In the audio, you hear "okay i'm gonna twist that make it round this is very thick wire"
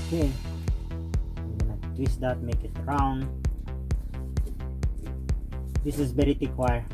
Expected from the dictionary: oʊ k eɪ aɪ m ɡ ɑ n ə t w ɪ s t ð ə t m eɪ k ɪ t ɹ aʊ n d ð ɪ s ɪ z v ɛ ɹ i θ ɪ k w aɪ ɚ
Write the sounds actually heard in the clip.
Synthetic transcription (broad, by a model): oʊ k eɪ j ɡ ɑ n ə t w ɪ s t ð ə t m eɪ k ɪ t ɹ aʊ n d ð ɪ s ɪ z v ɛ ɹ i t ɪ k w aɪ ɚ